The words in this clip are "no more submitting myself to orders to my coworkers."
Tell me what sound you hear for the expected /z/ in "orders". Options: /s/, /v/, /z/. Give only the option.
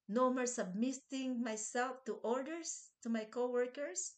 /s/